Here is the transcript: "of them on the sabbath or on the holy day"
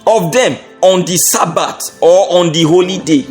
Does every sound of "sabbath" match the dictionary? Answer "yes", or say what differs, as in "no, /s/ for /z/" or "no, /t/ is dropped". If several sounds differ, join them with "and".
no, /t/ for /θ/